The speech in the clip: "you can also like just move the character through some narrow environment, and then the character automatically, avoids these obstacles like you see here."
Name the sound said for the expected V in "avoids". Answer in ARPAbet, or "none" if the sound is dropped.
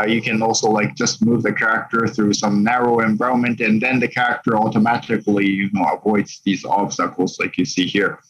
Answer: V